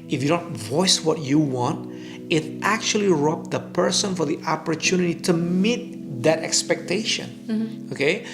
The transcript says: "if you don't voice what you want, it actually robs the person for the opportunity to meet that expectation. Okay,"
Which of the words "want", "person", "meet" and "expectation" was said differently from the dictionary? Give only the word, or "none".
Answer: none